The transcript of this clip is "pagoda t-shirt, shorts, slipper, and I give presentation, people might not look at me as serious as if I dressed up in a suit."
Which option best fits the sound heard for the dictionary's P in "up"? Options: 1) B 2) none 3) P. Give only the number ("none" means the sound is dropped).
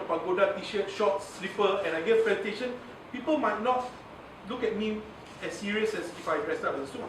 1